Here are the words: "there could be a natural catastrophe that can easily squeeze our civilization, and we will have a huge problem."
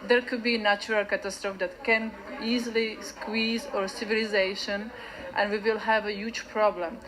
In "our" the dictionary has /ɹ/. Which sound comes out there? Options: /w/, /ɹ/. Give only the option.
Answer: /ɹ/